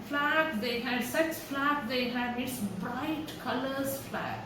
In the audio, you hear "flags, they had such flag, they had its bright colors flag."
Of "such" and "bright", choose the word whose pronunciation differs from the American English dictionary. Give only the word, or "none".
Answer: such